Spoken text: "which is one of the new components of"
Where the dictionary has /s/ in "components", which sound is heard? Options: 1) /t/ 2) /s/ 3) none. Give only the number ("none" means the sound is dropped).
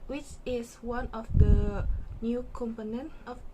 3